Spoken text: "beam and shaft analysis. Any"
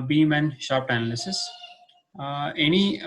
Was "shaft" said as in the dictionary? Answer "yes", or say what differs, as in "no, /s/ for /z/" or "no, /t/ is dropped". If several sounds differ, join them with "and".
no, /p/ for /f/